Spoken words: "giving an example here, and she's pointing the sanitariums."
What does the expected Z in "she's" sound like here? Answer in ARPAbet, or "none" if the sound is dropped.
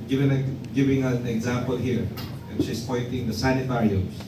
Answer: S